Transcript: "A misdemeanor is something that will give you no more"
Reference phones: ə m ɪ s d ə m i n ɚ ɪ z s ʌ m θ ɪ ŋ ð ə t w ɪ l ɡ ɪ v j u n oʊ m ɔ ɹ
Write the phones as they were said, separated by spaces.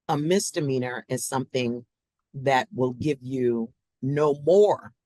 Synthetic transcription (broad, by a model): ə m ɪ s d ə m i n ɚ ɪ z s ʌ m θ ɪ ŋ ð ə t w ɪ l ɡ ɪ v j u n oʊ m ɔ ɹ